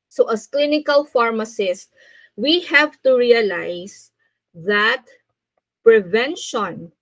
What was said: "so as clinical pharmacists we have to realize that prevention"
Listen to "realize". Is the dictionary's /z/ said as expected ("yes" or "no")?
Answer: no